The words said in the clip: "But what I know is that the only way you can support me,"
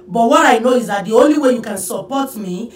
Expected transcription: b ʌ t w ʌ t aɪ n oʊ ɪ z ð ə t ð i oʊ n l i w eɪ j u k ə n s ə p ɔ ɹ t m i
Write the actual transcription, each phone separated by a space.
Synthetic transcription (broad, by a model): b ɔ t w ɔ t aɪ n oʊ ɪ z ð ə t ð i oʊ n l i w eɪ j u k ə n s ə p ɔ t m i